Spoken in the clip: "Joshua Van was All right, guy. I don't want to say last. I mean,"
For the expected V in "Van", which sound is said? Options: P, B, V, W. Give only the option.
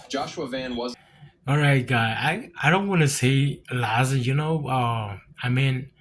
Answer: V